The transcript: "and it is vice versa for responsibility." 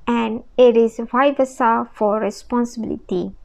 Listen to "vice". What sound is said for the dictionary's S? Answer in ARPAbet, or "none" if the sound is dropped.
none